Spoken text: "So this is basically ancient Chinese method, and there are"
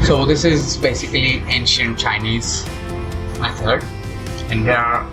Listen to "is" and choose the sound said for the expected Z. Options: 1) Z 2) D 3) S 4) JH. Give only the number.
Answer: 1